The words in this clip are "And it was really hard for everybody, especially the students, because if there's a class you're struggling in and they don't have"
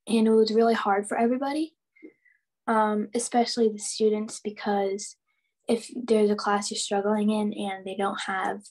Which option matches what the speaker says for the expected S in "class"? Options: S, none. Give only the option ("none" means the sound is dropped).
S